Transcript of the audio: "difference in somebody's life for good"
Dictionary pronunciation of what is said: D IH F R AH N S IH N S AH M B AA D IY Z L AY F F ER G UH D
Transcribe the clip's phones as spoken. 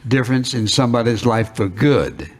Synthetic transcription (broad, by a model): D IH F R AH N S IH N S AH M B AA D IY Z L AY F F ER G UH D